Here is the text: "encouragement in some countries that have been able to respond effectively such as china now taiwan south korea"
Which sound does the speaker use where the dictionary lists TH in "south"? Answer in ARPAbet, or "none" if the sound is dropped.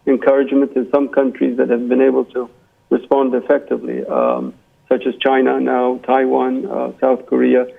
TH